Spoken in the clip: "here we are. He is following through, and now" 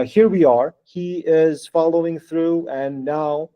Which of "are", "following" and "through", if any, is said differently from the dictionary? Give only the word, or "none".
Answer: none